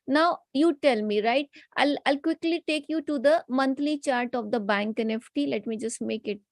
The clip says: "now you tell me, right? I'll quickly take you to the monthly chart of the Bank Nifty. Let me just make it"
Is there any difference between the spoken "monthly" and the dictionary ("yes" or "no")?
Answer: yes